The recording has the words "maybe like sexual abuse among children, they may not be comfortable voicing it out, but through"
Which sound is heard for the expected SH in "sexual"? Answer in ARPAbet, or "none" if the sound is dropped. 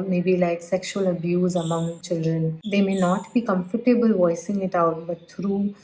SH